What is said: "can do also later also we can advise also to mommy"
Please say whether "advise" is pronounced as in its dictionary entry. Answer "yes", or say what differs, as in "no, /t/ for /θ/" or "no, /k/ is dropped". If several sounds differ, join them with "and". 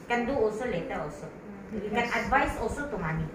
no, /s/ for /z/